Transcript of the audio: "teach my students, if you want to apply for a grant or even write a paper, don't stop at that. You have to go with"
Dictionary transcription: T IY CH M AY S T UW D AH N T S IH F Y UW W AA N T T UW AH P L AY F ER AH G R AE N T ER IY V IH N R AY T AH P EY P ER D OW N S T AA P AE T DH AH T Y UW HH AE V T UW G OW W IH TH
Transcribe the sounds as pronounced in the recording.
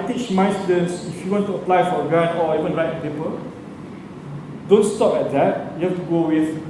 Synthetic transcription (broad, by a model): T IY CH M AY S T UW D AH N S IH F Y UW W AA N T T UW AH P L AY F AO AH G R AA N AO IY V IH N R AY T AH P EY P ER D OW N S T AA P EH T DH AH T Y UW HH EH F T UW G OW W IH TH